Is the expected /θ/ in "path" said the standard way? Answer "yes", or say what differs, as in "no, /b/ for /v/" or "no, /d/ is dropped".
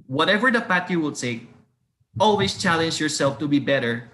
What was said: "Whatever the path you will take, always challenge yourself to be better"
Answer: no, /t/ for /θ/